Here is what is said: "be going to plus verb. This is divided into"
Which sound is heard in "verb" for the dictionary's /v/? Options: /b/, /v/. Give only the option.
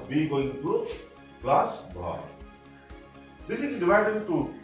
/b/